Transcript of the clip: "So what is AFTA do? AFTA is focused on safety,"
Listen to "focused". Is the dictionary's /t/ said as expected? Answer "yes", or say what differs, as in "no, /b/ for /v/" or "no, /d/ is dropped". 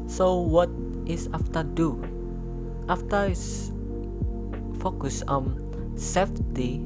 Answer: no, /t/ is dropped